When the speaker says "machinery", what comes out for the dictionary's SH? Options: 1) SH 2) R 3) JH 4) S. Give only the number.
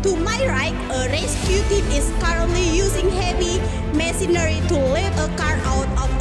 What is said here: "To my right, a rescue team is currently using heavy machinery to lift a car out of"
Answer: 4